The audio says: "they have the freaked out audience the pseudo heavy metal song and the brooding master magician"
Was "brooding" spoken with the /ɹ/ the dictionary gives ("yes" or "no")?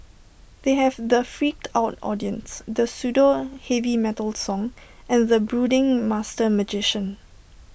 yes